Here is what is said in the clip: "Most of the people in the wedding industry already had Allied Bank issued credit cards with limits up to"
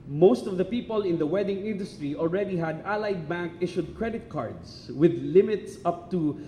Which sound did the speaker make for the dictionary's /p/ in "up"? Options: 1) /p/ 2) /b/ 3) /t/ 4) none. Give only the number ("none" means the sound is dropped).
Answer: 1